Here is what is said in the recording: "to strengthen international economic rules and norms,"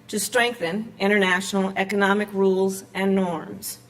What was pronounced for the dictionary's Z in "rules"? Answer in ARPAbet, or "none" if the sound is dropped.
Z